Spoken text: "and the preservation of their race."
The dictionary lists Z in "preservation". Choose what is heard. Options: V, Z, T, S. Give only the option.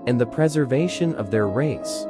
Z